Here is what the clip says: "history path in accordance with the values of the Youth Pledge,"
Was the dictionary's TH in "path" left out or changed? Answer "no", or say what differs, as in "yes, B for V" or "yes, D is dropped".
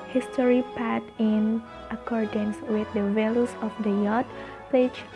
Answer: yes, T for TH